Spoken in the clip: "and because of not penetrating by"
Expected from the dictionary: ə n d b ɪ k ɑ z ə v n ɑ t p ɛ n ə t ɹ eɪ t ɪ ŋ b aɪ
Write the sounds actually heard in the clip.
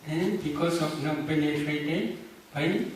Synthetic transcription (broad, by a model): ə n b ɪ k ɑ s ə f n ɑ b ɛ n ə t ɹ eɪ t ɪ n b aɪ